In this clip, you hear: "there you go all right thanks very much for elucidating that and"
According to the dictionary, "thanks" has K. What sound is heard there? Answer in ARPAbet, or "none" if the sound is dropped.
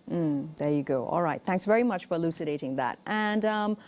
K